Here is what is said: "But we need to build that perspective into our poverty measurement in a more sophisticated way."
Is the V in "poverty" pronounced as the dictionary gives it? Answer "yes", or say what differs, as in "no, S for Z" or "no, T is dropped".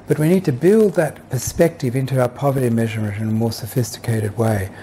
yes